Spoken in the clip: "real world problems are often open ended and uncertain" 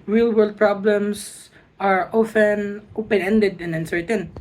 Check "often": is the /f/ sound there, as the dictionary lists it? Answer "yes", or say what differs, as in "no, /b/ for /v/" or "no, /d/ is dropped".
yes